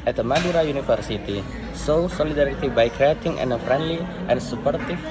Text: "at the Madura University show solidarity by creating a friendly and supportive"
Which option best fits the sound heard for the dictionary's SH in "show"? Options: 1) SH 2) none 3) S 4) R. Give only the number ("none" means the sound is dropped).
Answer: 3